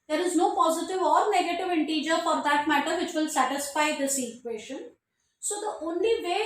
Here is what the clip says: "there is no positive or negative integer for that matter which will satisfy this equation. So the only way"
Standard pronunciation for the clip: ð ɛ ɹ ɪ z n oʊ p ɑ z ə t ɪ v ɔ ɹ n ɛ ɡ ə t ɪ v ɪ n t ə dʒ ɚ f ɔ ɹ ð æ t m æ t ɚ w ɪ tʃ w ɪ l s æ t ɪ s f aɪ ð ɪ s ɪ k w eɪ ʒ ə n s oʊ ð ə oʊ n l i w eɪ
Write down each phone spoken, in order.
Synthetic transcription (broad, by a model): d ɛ ɹ ɪ z n oʊ p ɑ z ə t ɪ v ɔ ɹ n ɛ ɡ ə t ɪ v ɪ n t ə dʒ ɚ f ɔ ɹ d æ t m æ t ɚ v ɪ tʃ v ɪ l s æ t ɪ s f aɪ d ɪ s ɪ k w eɪ ʃ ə n s oʊ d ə oʊ n l i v eɪ